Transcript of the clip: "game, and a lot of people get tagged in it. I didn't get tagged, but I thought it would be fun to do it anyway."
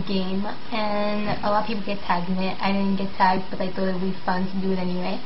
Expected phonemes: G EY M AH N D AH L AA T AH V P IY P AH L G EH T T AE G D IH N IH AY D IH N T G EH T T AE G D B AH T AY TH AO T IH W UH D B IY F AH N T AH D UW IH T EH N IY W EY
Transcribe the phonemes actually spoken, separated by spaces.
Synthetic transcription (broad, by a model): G EY M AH N AH L AA T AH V P IY P L G EH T T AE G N IH AY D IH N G EH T T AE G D B AH T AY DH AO IH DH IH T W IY F AH N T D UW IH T EH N IY W EY